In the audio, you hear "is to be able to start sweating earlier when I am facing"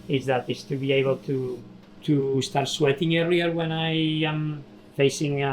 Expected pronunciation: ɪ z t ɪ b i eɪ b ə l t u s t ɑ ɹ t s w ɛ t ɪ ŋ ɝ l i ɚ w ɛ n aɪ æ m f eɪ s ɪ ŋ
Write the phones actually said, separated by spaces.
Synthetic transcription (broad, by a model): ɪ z t ɪ b i eɪ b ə l t u s t ɑ ɹ t s w ɛ t ɪ ŋ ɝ i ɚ w ɛ n aɪ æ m f eɪ s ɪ ŋ